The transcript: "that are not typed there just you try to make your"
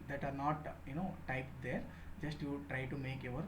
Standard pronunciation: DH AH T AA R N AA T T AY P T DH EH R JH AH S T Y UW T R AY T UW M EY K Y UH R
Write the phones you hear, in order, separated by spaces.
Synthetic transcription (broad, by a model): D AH T AA R N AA T T AY P T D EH R JH AH S T Y UW T R AY T UW M EY K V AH R